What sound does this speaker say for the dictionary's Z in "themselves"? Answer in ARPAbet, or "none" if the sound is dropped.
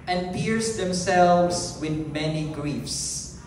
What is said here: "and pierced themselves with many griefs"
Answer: S